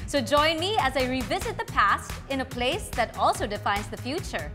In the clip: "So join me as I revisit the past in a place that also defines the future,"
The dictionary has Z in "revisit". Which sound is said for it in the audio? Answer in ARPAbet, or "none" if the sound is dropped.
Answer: Z